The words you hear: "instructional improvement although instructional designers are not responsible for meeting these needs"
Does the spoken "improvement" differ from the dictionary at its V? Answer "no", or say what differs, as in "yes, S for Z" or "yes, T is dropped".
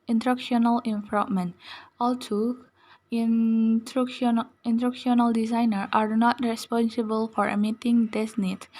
yes, V is dropped